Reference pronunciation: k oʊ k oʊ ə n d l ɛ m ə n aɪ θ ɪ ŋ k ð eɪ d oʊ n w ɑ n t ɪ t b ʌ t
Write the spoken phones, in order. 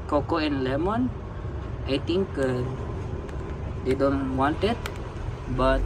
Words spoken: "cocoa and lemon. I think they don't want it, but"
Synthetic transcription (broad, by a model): k oʊ k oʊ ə n l ɛ m ə n aɪ t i ŋ k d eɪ d oʊ n w ɑ n t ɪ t b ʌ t